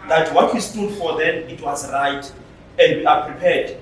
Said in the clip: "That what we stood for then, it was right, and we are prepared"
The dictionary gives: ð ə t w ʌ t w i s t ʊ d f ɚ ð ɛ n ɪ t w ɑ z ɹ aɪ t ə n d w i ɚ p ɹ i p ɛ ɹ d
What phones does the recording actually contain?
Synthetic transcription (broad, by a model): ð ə t w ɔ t w i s t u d f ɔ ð ɛ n ɪ t w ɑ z ɹ aɪ t ə n d w i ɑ p ɹ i p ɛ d